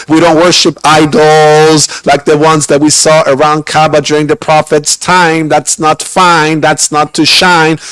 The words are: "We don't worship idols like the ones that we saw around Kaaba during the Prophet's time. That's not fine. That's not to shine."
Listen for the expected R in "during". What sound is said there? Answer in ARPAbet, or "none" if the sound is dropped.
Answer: R